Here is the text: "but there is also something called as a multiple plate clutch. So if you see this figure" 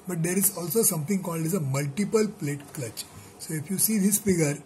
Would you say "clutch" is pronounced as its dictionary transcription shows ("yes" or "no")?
yes